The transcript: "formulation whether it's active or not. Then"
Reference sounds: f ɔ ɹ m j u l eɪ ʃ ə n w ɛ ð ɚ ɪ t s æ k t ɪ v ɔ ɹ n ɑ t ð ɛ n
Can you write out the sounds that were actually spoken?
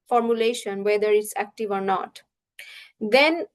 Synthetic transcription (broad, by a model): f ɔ ɹ m j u l eɪ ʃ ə n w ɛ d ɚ ɪ t s æ k t ɪ v ɔ ɹ n ɑ t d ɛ n